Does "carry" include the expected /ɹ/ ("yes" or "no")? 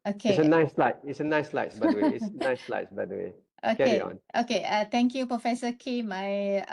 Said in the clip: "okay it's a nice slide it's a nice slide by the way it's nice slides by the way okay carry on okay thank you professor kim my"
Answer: no